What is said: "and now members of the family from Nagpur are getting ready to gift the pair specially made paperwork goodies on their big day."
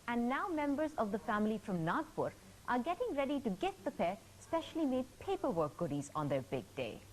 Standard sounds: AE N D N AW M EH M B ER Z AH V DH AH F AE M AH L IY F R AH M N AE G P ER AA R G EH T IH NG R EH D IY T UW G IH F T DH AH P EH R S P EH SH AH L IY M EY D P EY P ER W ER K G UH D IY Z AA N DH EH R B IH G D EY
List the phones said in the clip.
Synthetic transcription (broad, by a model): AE N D N AW M EH M B ER Z AH V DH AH F AE M AH L IY F R AH M N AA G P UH AA R G EH T IH NG R EH D IY T UW G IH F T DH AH P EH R S P EH SH AH L IY M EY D P EY P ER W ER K G UH D IY Z AA N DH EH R B IH G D EY